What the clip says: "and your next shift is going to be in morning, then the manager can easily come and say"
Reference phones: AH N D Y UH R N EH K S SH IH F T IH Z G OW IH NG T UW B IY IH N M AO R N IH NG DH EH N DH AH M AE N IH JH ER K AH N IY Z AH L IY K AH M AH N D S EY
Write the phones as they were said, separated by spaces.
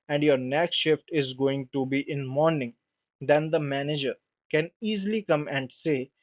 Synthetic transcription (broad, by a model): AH N D Y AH R N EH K SH IH F T IH Z G OW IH NG T UW B IY IH N M AO R N IH NG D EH N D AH M AE N IH JH ER K AH N IY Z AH L IY K AH M AH N D S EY